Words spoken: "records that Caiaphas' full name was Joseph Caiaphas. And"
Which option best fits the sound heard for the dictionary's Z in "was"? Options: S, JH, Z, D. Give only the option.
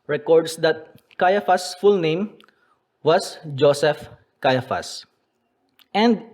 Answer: S